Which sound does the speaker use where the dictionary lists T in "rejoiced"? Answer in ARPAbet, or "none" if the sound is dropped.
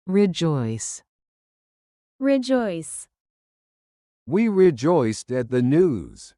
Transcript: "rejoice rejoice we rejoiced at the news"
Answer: T